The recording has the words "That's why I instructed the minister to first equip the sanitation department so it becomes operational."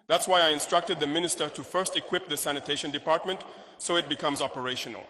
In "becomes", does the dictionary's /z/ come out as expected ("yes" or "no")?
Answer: yes